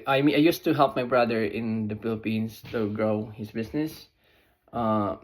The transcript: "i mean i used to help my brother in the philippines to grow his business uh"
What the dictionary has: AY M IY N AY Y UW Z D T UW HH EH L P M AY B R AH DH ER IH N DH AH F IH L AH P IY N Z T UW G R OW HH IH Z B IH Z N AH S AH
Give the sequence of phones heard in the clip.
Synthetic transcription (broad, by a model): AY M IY AY Y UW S T UW HH EH L P M AY B R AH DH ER IH N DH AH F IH L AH P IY N S T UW G R OW HH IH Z B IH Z N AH S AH